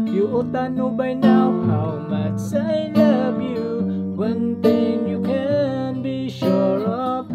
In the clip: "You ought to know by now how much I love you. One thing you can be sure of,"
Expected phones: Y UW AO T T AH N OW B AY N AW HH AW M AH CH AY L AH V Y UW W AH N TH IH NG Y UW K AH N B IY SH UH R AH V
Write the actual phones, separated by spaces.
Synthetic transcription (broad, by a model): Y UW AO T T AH N OW B AY N AW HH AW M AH S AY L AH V Y UW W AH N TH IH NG Y UW K AH N B IY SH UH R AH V